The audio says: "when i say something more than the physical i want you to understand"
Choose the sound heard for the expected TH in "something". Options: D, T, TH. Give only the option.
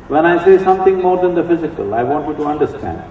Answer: T